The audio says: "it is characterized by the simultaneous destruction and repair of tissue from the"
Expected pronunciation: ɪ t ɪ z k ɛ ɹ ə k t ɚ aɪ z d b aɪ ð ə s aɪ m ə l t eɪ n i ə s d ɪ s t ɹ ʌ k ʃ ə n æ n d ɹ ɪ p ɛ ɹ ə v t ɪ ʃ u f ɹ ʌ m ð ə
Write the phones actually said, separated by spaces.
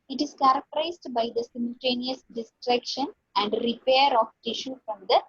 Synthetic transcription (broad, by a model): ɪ t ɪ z k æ ɹ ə k t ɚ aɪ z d b aɪ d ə s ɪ m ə l t eɪ n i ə s d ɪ s t ɹ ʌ k ʃ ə n æ n d ɹ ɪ p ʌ ɹ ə f t ɪ ʃ u f ɹ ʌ m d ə